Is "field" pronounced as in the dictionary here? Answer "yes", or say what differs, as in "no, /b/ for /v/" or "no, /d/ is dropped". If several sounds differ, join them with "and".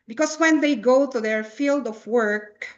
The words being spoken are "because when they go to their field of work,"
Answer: yes